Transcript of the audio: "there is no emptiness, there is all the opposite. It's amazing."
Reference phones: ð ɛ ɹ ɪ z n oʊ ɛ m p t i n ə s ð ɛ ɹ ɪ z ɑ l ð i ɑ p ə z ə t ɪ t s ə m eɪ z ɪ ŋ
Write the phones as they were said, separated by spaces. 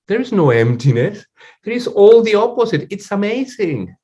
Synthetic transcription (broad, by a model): ð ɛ ɹ ɪ z n oʊ ɛ m p t i n ə s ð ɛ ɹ ɪ z ɑ l ð i ɑ p ə z ə t ɪ t s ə m eɪ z ɪ ŋ